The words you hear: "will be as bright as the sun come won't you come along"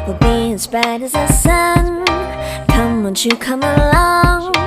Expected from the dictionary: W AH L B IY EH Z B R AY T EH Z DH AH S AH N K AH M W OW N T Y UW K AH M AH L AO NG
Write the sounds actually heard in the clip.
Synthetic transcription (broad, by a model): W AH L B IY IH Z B AY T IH Z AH S AH N K AH M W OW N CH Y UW K AH M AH L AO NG